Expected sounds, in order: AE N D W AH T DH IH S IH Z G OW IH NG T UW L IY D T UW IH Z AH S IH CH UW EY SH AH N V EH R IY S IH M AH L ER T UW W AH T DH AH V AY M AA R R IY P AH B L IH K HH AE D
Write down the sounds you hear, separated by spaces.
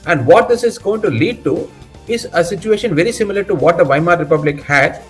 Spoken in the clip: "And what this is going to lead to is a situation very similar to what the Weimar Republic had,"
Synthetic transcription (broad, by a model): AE N D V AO T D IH S IH Z G OW IH NG T UW L IY D T UW IH Z AH S IH CH UW EY SH AH N V EH R IY S IH M AH L ER T UW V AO T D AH V AY M AA R R IY P AH B L IH K HH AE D